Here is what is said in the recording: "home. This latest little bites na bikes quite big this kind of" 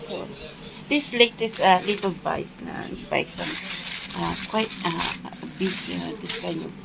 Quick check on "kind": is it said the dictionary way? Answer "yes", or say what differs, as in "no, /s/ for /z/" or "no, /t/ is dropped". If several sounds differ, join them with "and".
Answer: no, /d/ is dropped